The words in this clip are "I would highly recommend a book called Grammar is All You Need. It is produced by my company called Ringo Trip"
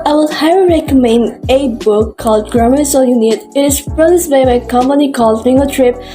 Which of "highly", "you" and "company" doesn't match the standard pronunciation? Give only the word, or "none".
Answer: highly